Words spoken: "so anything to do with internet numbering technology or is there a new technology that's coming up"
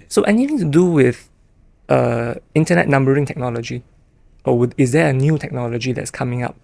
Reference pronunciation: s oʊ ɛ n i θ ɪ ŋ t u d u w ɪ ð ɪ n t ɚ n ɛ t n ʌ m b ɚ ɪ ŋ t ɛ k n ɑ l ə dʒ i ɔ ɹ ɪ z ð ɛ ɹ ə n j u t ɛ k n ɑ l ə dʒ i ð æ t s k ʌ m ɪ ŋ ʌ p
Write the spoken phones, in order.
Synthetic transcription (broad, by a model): s oʊ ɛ n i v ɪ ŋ t u d u w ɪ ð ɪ n t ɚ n ɛ t n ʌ m b ɚ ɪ ŋ t ɛ k n ɑ l ə dʒ i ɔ w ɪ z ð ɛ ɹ ə n j u t ɛ k n ɑ l ə dʒ i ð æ t s k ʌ m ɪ ŋ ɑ p